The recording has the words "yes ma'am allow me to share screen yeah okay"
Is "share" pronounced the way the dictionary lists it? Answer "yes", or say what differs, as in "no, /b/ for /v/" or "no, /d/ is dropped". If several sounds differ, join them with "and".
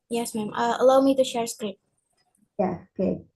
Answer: yes